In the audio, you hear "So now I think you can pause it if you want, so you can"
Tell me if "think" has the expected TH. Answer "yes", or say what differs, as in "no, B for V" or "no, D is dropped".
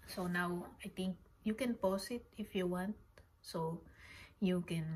no, T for TH